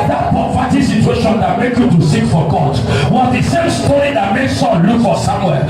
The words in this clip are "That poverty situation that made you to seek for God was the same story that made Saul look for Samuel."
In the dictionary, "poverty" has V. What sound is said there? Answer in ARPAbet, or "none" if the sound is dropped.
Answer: F